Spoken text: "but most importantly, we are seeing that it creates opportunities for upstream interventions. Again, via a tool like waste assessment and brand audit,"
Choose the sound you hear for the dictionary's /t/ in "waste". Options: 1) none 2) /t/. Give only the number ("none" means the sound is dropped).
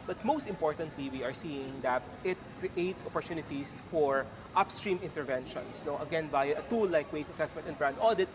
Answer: 1